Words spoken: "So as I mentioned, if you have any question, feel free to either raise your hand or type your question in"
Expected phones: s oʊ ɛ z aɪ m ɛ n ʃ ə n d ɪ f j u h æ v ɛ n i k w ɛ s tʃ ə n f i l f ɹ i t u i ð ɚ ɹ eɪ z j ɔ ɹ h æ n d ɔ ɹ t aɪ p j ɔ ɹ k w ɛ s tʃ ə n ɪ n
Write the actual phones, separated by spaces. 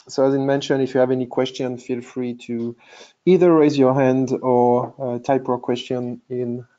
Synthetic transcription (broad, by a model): s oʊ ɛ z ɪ m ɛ n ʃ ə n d ɪ f j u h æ v ɛ n i k w ɛ s tʃ ə n f i l f ɹ i t u i ð ɚ ɹ eɪ z j ɔ ɹ h æ n d ɔ ɹ t aɪ p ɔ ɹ k w ɛ s tʃ ə n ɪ n